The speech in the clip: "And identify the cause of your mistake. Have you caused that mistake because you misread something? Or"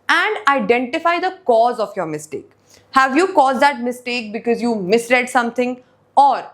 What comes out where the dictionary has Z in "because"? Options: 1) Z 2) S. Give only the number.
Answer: 1